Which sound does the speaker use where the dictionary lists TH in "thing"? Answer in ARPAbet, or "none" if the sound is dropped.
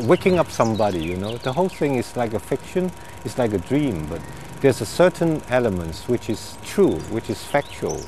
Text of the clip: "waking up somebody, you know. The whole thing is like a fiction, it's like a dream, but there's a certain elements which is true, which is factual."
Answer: TH